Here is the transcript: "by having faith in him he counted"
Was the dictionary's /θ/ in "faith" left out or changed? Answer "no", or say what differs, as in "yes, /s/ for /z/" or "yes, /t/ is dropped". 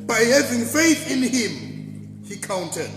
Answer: no